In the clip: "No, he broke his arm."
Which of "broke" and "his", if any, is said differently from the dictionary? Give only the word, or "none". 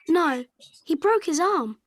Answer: none